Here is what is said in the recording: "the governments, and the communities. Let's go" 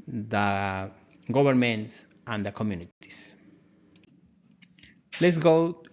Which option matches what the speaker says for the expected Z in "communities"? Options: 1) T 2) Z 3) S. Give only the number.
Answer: 3